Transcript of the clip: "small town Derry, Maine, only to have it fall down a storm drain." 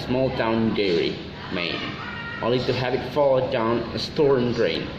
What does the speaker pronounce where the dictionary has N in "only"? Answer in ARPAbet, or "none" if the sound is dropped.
none